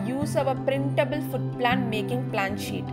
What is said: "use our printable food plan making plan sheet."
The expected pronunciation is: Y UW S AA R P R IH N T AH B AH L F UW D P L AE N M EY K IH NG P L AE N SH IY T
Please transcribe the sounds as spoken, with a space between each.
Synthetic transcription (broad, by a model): Y UW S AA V P R IH N T AH B AH L F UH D P L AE N M EY K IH NG P L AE N SH IY T